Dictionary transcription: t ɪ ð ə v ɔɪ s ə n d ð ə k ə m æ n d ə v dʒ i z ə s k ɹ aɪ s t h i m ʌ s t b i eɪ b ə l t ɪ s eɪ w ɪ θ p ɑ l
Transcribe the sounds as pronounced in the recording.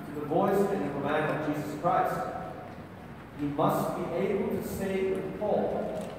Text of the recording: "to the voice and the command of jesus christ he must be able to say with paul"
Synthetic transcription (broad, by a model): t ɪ ð ə v ɔɪ s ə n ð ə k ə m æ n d ə v dʒ i z ə s k ɹ aɪ s t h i m ʌ s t b i eɪ b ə l t ɪ s eɪ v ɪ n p ɑ l